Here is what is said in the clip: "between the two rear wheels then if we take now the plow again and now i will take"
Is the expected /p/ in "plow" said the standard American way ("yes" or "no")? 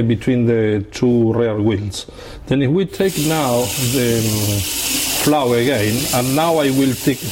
no